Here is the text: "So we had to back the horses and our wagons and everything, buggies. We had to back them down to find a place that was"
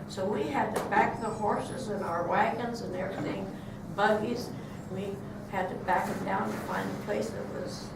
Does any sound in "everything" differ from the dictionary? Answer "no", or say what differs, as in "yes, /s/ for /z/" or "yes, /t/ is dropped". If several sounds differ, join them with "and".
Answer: yes, /v/ is dropped